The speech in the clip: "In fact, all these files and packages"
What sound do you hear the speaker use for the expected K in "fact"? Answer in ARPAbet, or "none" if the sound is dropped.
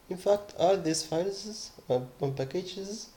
K